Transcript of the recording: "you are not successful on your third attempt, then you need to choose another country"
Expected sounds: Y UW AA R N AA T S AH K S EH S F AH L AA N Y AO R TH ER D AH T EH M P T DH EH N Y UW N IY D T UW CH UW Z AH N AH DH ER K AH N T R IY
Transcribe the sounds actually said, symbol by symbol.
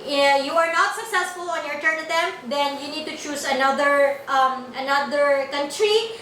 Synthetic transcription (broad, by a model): Y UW AA R N AA T S AH K S EH S F AH L AA N Y AO R T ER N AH T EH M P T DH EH N Y UW N IY D T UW CH UW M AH N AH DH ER K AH N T R IY